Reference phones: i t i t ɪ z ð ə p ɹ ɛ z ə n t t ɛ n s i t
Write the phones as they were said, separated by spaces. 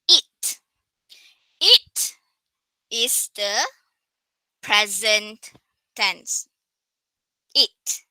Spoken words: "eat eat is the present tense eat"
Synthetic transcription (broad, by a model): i t i t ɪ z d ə p ɹ ɛ z ə n t t ɛ n s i t